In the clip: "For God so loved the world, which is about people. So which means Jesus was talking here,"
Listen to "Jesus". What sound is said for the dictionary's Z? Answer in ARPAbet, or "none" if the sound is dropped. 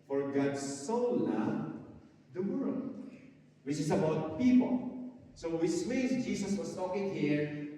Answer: S